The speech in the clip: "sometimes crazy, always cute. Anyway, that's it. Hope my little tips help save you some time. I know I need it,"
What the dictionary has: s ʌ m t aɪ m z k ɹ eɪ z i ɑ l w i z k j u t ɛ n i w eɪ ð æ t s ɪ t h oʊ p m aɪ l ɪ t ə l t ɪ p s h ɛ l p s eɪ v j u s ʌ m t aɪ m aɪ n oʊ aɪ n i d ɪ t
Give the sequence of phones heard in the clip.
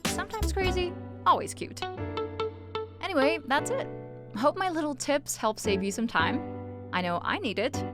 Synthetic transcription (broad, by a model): s ʌ m t aɪ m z k ɹ eɪ z i ɑ l w i z k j u t ɛ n i w eɪ ð æ t s ɪ t h oʊ p m aɪ l ɪ t l t ɪ p s h ɛ l p s eɪ v j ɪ s ʌ m t aɪ m aɪ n oʊ aɪ n i d ɪ t